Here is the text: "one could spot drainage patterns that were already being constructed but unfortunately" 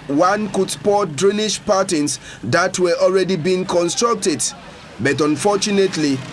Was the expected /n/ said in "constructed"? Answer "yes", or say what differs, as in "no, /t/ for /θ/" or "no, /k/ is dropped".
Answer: yes